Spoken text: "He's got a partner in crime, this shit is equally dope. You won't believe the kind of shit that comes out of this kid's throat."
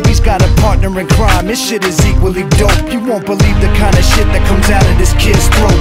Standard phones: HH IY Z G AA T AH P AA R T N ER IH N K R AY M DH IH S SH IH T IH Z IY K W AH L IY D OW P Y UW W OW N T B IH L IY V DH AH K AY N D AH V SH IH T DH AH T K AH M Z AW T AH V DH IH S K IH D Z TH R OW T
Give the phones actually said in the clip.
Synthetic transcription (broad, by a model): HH IY Z G AA T AH P AA R T N ER IH N K R AY M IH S SH IH T IH Z IY K W AH L IY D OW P Y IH W OW N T B IH L IY V DH AH K AY N D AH SH IH T DH AH T K AH M Z AW T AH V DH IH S K IH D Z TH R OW